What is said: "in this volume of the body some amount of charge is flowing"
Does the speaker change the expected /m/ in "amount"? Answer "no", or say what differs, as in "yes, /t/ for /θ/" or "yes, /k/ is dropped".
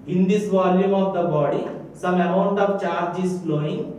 yes, /m/ is dropped